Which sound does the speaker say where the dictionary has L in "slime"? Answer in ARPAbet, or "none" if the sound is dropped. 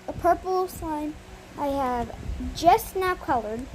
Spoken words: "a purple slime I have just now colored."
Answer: none